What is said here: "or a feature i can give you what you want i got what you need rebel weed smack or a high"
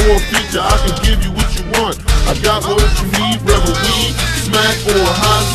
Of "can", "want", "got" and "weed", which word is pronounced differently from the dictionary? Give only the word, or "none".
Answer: none